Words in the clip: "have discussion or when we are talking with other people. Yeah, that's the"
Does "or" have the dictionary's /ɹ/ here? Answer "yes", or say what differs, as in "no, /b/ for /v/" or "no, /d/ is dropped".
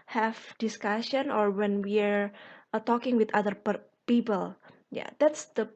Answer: yes